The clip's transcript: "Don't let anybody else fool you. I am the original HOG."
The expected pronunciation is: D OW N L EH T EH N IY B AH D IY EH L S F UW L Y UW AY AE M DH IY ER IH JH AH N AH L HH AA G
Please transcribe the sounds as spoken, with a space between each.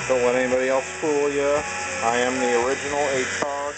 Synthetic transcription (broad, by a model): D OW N W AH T EH N IY B AH D IY EH L S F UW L Y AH AY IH M DH IY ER IH JH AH N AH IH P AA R